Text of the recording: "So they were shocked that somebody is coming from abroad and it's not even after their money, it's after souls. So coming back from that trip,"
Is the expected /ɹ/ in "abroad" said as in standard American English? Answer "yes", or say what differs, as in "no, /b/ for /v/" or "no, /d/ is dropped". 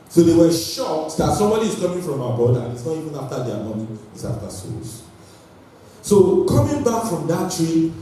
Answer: no, /ɹ/ is dropped